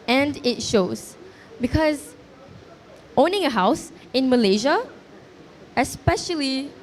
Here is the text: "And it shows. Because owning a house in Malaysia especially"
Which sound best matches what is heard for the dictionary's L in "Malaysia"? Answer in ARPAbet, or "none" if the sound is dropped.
L